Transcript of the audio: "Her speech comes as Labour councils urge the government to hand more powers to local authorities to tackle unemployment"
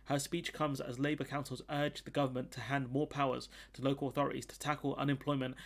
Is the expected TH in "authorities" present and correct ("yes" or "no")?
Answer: yes